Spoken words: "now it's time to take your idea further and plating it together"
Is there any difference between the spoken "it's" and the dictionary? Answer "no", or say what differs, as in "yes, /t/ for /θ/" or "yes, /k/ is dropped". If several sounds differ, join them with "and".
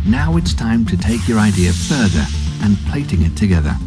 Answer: no